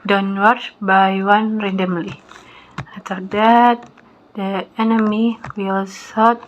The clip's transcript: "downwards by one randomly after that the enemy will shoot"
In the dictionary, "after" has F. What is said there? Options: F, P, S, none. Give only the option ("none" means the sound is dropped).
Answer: none